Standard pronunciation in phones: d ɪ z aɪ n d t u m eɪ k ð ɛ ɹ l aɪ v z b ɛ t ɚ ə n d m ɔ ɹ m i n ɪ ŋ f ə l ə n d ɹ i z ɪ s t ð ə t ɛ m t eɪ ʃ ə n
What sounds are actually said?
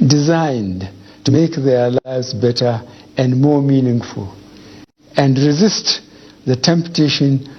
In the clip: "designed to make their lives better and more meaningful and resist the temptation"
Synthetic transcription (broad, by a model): d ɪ z aɪ n d t u m eɪ k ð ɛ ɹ l aɪ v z b ɛ t ɚ ə n d m ɔ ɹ m i n ɪ ŋ f ə l ə n d ɹ i z ɪ s t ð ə t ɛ m t eɪ ʃ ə n